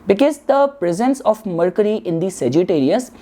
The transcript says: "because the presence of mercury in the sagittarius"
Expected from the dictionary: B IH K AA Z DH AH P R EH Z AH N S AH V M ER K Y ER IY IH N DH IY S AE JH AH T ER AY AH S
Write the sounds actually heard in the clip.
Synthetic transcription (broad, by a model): B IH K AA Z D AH P R EH Z AH N S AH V M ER K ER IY IH N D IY S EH JH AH T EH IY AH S